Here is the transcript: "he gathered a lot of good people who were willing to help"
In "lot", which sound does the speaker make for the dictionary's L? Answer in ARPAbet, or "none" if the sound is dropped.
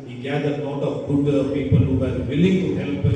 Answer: N